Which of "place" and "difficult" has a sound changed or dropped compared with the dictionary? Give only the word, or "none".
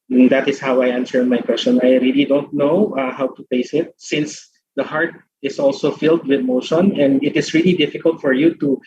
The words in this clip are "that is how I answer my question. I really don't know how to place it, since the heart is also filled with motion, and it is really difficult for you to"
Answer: place